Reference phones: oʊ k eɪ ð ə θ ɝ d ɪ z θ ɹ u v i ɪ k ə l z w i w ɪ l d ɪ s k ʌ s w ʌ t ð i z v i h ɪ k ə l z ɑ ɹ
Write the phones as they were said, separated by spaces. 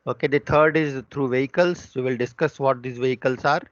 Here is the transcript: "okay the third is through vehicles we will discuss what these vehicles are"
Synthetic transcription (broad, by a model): oʊ k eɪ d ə t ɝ d ɪ z t ɹ u v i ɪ k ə l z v i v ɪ l d ɪ s k ʌ s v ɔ t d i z v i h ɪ k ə l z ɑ ɹ